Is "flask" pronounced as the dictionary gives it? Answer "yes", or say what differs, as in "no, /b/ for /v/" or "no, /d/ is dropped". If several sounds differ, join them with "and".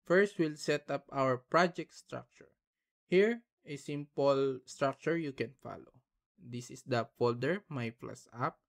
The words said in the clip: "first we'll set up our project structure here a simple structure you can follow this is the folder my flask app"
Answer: no, /k/ is dropped